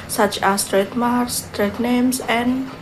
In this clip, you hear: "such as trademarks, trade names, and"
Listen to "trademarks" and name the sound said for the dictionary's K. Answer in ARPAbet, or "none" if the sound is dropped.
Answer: none